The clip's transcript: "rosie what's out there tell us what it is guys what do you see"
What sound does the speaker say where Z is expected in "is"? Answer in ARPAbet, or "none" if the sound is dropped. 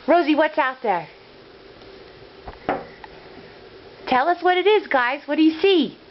Z